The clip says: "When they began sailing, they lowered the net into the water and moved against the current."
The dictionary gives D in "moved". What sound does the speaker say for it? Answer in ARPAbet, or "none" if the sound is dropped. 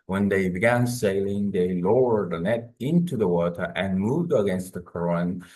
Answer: D